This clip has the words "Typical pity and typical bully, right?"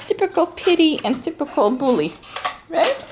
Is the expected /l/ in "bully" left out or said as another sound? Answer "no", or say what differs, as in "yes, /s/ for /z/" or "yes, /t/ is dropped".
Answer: no